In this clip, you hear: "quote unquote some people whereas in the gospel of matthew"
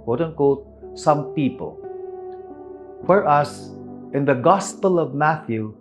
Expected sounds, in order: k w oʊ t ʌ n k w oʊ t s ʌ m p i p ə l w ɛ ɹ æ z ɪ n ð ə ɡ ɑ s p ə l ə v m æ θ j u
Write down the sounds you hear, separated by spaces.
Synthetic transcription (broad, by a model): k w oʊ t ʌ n k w oʊ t s ʌ m p i p ə l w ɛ ɹ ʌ s ɪ n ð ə ɡ ɑ s p ə l ə v m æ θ j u